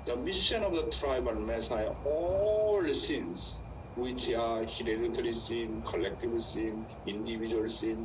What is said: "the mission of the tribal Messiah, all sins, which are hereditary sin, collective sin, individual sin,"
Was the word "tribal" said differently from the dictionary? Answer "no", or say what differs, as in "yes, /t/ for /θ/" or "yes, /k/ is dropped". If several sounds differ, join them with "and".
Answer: yes, /n/ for /l/